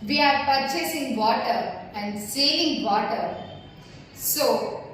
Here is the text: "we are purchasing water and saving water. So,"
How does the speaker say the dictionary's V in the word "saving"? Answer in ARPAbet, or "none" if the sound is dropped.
none